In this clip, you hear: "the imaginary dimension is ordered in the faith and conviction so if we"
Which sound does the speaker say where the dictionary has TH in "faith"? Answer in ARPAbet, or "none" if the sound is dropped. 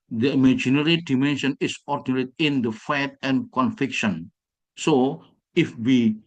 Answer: T